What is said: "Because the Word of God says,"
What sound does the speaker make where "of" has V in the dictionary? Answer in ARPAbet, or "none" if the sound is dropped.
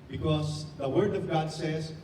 V